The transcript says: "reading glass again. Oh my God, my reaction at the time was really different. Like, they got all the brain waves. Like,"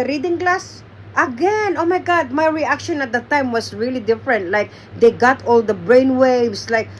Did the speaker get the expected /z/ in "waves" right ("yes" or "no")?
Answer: no